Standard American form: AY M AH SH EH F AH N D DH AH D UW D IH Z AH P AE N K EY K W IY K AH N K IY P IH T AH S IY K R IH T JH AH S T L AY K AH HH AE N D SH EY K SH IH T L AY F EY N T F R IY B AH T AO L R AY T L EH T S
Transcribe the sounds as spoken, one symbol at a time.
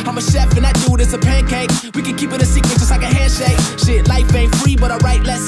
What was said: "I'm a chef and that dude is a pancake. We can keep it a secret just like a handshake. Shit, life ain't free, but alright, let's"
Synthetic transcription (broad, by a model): AY M AH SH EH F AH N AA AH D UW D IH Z AH P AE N K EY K W IY K AH N K IY P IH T AH S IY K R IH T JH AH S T L AY K AH HH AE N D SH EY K SH IH T L AY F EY F R IY B AH T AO R AY T L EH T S